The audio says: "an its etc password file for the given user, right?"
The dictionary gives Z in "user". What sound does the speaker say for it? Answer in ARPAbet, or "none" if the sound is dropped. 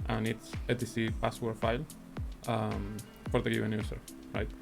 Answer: S